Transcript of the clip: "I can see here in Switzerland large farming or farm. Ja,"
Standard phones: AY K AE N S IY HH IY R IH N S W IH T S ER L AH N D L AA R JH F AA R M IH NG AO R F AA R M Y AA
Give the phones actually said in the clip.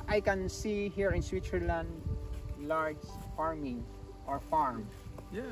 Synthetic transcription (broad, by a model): AY K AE N S IY HH IY R IH N S W IH T S ER L AH N D L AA R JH F AA R M IH NG AO R F AA R M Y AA